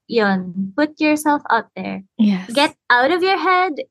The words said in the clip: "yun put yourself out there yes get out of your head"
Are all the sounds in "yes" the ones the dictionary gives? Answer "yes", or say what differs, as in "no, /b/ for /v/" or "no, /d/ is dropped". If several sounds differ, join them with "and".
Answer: no, /s/ is dropped